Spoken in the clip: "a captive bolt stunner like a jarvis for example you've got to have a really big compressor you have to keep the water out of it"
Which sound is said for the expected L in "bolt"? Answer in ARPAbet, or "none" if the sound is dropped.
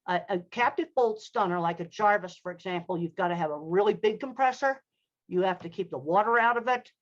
L